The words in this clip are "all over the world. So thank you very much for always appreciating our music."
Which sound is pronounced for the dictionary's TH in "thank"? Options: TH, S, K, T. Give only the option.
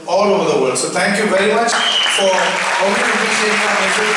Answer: T